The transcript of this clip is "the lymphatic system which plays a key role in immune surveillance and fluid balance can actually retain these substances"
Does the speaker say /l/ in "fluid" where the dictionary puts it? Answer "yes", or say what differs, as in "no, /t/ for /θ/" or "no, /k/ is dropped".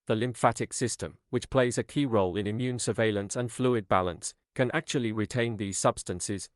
yes